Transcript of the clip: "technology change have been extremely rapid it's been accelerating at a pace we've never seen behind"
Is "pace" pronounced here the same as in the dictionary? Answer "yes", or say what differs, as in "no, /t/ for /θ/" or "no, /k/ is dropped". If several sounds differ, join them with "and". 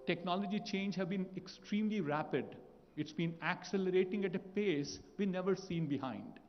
yes